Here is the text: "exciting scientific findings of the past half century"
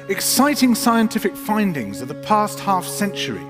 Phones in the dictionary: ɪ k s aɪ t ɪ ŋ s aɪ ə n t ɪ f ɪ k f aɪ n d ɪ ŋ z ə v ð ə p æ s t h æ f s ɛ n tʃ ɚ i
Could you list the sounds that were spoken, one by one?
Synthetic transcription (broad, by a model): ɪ k s aɪ t ɪ ŋ s aɪ ə n t ɪ f ɪ k f aɪ n d ɪ ŋ z ə v ð ə p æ s t h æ f s ɛ n tʃ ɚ i